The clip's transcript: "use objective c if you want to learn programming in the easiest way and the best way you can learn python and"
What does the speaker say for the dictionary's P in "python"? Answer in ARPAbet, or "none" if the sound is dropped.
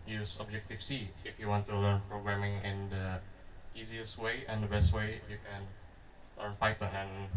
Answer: F